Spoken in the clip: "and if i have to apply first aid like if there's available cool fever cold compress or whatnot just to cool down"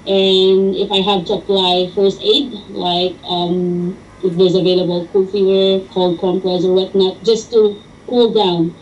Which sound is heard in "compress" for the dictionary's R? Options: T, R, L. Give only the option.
L